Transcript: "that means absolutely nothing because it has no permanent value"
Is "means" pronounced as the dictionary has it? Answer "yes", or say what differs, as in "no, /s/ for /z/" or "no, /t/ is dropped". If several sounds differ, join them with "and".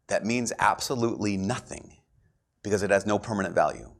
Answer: yes